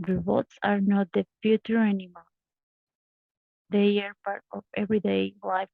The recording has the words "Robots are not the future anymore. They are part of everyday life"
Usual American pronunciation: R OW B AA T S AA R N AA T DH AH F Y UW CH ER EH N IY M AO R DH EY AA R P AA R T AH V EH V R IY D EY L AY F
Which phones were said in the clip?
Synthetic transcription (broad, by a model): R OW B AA T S AA R N AA T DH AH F Y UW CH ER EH N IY M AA L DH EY AA R P AA R T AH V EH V R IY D EY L AY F